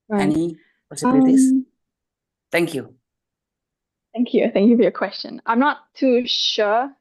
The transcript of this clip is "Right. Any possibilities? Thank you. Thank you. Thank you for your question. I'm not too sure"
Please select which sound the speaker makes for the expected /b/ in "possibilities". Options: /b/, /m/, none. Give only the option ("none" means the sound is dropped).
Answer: none